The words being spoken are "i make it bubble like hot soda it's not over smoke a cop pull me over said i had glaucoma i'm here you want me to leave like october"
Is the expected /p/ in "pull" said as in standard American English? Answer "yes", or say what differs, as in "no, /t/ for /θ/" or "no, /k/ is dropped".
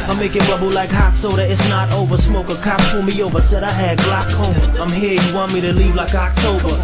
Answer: no, /f/ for /p/